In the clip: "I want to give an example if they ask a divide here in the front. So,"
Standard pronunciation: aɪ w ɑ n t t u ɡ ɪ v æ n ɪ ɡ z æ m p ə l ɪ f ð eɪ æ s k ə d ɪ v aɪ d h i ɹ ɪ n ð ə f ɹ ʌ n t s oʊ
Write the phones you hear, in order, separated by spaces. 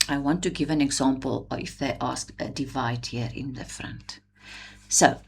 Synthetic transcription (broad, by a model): aɪ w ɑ n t t u ɡ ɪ v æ n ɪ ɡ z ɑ m p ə l ɪ f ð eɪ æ s k ə d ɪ v aɪ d h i ɹ ɪ n ð ə f ɹ ʌ n t s oʊ